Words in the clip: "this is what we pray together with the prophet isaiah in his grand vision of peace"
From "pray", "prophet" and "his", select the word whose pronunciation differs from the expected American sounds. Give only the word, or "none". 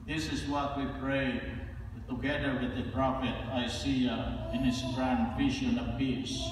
his